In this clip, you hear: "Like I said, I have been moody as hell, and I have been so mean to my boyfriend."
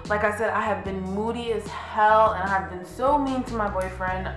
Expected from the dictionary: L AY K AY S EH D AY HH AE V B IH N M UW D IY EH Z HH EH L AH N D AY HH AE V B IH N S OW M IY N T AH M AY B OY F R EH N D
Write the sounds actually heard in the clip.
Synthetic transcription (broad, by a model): L AY K AY S EH D AY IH V B IH N M UW D IY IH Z HH EH L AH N AY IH V B IH N S OW M IY N T AH M AY B OY F R EH N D